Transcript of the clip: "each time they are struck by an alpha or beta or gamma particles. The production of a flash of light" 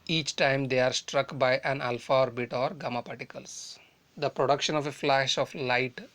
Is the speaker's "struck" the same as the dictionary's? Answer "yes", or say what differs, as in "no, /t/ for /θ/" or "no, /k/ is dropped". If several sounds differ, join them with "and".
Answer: yes